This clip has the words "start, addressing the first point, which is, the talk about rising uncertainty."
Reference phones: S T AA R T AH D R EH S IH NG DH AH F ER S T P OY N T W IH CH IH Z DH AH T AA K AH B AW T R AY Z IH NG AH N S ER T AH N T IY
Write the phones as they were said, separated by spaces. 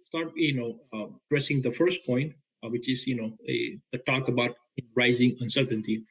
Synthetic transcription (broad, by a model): S T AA R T AH D R EH S IH NG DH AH F ER S T P OY N T W IH CH IH Z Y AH T AA K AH B AW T R AY Z IH NG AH N S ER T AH N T IY